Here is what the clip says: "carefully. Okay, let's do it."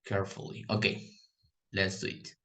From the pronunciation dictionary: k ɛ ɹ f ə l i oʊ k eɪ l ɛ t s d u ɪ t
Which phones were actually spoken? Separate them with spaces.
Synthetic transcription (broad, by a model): k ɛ ɹ f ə l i oʊ k eɪ n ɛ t s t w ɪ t